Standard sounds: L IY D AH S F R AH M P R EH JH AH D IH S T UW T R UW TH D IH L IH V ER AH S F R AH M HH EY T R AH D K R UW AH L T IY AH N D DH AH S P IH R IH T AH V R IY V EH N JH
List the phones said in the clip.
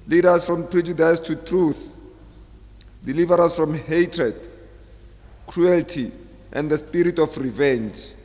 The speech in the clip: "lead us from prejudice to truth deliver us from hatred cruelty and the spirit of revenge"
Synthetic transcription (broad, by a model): L IY D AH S F R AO M P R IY JH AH D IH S T UW T R UW TH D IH L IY V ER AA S F R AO M HH EY T R AH D K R UW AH L T IY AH N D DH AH S P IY R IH T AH F R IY V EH N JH